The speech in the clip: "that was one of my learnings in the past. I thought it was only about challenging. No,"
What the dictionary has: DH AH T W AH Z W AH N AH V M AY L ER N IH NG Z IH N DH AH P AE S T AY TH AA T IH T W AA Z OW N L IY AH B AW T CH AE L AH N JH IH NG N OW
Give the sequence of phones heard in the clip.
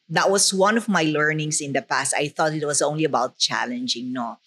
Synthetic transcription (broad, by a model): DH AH T W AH S W AH N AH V M AY L ER N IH NG S IH N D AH P AE S T AY TH AA T IH T W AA S OW N L IY AH B AW T CH AE L AH N JH IH NG N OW